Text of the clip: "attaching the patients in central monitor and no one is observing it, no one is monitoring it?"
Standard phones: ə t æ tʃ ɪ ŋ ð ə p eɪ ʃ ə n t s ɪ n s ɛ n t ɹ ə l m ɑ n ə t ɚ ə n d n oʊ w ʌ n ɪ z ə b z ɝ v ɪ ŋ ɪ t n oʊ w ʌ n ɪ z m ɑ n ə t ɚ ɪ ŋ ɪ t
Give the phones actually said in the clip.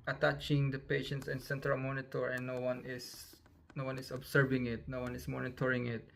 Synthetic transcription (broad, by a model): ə t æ tʃ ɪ ŋ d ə p eɪ ʃ ə n t s ɪ n s ɛ n t ɹ ə l m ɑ n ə t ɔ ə n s n oʊ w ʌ n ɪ s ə b s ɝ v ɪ ŋ ɪ t n oʊ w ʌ n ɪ s m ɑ n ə t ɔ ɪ ŋ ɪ t